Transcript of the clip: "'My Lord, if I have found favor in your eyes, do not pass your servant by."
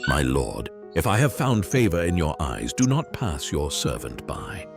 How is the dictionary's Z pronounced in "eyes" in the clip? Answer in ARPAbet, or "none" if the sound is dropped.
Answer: Z